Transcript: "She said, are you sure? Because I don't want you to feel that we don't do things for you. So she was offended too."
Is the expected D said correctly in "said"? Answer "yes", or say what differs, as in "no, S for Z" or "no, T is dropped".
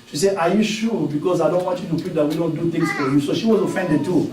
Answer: no, D is dropped